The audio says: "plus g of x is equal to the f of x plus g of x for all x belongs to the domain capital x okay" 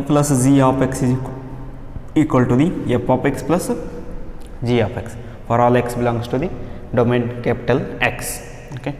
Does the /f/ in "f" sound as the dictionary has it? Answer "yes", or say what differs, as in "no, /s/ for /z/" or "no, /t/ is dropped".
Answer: no, /p/ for /f/